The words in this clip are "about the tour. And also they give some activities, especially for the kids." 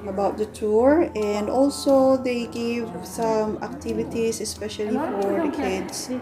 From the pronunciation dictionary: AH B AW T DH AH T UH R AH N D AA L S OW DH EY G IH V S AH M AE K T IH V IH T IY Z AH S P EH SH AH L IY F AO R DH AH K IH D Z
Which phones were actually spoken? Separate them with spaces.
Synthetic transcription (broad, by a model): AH B AW T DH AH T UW R AH N D AA L S OW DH EY G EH V S AH M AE K T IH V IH T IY S AH S P EH SH AH L IY F AO R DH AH K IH D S